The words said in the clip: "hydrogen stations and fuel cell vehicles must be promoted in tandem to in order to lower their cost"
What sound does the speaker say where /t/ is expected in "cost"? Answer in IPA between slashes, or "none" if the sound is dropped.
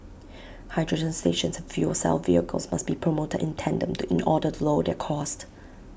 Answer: /t/